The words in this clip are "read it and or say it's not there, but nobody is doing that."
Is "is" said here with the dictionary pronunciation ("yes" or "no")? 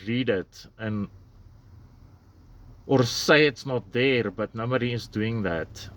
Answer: no